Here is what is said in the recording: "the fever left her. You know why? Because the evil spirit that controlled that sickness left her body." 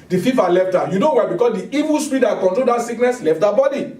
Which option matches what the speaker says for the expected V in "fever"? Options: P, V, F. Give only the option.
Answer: F